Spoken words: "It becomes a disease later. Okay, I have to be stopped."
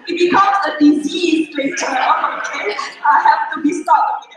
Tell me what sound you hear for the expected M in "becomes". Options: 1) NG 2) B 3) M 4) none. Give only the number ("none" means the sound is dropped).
4